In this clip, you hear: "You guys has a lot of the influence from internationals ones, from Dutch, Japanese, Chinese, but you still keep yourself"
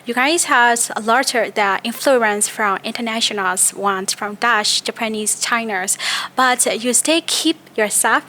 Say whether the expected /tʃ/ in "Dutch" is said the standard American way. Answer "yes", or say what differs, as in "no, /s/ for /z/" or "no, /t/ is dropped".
no, /ʃ/ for /tʃ/